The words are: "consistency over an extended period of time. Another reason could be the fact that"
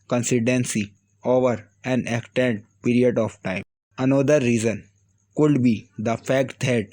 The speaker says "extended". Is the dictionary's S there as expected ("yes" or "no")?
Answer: no